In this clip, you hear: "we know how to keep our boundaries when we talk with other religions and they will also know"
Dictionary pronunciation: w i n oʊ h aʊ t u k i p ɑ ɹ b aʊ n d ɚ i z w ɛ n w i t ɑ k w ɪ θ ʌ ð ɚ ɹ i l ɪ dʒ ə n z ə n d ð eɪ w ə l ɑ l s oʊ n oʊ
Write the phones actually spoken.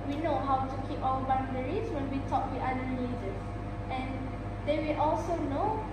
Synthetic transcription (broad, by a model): w i n oʊ h aʊ t u k i p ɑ l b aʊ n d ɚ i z w ɛ n w i t ɑ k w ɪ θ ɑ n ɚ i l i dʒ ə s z ə n d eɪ w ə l ɑ l s oʊ n oʊ